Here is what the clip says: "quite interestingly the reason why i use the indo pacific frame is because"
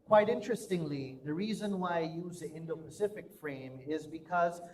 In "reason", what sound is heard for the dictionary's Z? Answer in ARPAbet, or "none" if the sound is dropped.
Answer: Z